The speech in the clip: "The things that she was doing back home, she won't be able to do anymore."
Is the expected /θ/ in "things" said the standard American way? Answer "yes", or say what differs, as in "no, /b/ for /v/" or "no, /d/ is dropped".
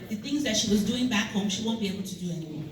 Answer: yes